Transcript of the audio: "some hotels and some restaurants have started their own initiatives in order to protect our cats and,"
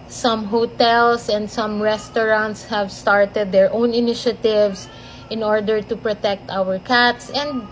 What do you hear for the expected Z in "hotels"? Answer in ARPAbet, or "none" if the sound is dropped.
S